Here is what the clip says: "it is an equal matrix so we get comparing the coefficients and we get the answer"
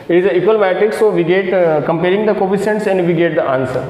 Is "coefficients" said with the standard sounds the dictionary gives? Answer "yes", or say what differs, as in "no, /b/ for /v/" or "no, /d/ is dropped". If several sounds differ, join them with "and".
no, /s/ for /ʃ/